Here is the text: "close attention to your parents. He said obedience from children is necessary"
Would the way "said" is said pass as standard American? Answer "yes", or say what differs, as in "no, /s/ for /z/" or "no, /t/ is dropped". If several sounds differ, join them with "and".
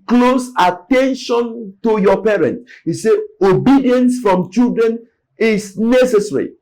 no, /d/ is dropped